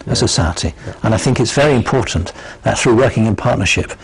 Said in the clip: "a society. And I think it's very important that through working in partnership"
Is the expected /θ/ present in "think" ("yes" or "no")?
yes